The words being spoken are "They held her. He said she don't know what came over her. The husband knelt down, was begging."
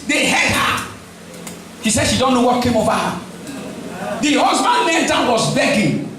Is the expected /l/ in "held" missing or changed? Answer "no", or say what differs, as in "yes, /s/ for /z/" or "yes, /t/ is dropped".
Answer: yes, /l/ is dropped